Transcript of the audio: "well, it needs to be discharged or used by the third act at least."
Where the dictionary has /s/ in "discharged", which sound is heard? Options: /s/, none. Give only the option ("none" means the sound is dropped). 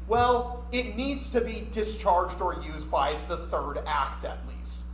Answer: /s/